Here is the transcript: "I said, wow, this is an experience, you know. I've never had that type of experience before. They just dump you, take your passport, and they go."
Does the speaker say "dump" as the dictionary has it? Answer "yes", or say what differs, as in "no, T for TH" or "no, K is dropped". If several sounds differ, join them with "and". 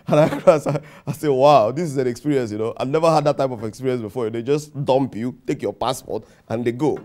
yes